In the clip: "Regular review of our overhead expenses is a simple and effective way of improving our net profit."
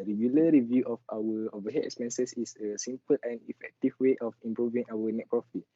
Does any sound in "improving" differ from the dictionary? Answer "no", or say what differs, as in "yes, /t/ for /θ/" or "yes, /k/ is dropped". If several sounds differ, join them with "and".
no